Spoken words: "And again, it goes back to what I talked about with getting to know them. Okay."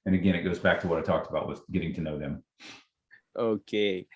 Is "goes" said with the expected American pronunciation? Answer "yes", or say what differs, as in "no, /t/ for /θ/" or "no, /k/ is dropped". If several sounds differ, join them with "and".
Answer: yes